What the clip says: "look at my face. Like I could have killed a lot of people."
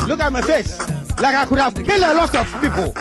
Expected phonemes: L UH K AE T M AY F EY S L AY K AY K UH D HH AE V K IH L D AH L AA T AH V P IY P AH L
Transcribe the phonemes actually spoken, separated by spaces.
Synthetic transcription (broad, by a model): L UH K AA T M AY F EY S L AY K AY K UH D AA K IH L AH L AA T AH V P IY P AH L